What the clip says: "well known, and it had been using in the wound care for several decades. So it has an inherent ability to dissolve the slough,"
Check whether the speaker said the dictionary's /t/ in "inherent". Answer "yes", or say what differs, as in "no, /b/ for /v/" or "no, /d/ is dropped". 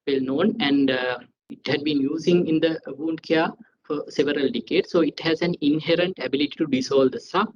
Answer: yes